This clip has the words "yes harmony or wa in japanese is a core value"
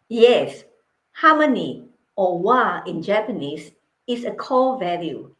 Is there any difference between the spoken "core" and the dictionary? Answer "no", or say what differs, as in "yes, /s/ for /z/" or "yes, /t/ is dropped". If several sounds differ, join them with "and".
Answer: yes, /l/ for /ɹ/